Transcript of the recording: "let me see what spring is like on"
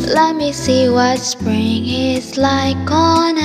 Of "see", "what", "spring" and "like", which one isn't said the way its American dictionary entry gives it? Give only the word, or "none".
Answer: none